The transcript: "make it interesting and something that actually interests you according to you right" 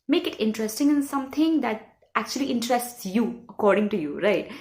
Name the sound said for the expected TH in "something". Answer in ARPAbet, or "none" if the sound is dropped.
T